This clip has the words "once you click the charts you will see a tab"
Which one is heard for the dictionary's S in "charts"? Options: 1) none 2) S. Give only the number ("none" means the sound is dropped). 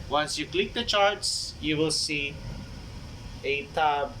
2